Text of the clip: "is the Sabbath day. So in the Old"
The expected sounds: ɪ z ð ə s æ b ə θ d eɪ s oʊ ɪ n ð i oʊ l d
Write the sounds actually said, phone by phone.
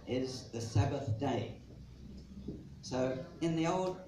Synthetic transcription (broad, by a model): ɪ z ð ə s æ b ə θ d eɪ s oʊ ɪ n ð i oʊ l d